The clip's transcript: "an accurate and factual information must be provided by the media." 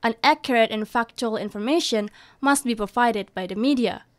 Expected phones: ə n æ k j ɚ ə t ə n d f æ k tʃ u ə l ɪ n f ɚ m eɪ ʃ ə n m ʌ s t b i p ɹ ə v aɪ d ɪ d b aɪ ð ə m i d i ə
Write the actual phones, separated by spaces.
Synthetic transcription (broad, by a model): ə n æ k j ɚ ə t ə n f æ k tʃ u ə l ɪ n f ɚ m eɪ ʃ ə n m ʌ s t b i p ɹ ə v aɪ d ɪ d b aɪ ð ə m i d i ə